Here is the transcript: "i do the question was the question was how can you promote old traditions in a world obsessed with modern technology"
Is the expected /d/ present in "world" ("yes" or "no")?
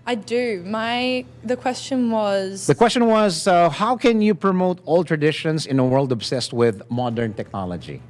yes